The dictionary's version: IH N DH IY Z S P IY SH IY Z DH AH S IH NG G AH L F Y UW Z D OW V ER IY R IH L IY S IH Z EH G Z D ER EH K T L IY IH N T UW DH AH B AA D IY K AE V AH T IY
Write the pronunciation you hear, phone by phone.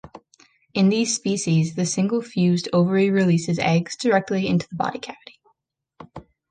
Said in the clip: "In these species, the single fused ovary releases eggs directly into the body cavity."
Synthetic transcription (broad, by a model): IH N DH IY Z S P IY SH IY Z DH AH S IH NG G L F Y UW Z D OW V ER IY R IH L IY S IH Z EH G Z D ER EH K T L IY IH N T UW DH AH B AA D IY K AE V AH T IY